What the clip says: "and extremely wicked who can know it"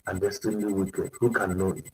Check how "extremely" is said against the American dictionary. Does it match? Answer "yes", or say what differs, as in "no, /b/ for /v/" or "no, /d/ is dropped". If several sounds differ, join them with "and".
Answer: no, /k/ is dropped and /ɹ/ is dropped